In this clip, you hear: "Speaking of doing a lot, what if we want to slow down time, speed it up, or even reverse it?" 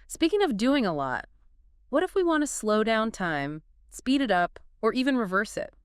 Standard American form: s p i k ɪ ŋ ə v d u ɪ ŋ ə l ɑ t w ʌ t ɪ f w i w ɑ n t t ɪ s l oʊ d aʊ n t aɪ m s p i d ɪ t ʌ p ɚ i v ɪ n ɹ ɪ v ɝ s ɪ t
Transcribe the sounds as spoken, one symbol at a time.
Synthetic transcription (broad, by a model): s p i k ɪ ŋ ə v d u ɪ ŋ ə l ɑ t w ʌ t ɪ f w i w ɑ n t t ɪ s l oʊ d aʊ n t aɪ m s p i d ɪ t ʌ p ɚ i v ɪ n ɹ ɪ v ɝ s ɪ t